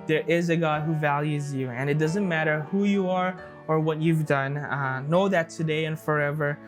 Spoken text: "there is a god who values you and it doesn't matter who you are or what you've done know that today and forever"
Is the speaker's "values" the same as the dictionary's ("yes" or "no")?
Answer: yes